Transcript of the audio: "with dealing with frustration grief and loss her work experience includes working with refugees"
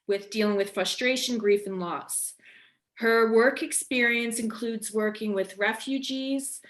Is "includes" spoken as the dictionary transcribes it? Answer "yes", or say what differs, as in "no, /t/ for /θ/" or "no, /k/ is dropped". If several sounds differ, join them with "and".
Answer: yes